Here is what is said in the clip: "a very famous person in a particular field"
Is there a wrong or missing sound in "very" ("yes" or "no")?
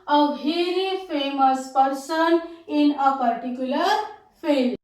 yes